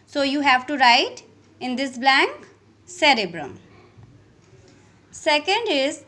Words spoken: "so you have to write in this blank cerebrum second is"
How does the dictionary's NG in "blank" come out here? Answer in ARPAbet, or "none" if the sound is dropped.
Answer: NG